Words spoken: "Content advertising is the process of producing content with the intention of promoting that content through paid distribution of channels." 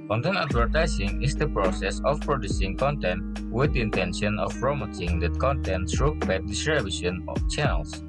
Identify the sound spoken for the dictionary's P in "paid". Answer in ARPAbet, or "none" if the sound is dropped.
B